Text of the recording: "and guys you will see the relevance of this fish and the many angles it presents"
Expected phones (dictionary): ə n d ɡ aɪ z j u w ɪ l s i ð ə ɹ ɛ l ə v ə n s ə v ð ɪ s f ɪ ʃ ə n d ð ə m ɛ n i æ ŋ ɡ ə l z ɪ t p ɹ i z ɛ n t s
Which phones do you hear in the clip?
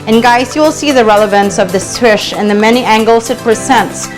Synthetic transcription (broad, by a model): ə n ɡ aɪ s j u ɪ l s i ð ə ɹ ɛ l ə v ə n s ə v ð ɪ s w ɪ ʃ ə n ð ə m ɛ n i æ ŋ ɡ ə l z ɪ t p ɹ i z ɛ n t s